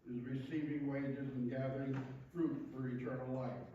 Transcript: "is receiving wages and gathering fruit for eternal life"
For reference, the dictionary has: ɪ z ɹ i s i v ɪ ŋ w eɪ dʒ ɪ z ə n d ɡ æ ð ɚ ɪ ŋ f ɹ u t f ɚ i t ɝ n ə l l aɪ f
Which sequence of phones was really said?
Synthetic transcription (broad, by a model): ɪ z ɹ i s i v ɪ ŋ w eɪ dʒ ɪ z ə n ɡ æ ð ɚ ɪ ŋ f ɹ u t f ɚ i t ɝ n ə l l aɪ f